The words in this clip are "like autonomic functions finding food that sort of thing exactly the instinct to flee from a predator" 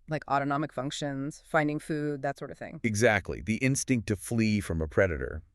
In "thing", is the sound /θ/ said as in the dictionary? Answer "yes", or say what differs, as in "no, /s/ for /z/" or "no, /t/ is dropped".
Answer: yes